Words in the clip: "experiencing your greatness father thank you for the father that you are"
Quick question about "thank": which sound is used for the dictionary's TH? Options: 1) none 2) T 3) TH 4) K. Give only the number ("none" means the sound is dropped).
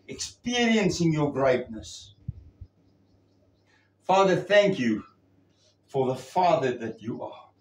3